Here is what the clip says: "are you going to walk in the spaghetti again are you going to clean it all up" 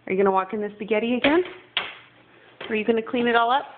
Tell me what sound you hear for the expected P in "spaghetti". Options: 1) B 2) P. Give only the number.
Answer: 1